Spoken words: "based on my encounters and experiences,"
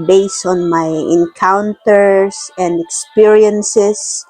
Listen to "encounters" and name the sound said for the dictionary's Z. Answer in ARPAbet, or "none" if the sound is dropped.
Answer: S